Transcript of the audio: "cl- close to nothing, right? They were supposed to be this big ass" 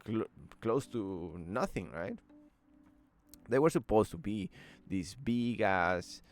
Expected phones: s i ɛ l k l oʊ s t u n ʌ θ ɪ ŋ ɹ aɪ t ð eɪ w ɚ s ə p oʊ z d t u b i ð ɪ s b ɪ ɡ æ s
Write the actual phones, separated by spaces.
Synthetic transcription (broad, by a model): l k l oʊ s t u n ʌ θ ɪ ŋ ɹ aɪ t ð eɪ w ɚ s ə p oʊ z t u b i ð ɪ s b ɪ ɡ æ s